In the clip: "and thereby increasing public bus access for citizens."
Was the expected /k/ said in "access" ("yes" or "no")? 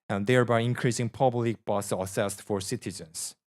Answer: no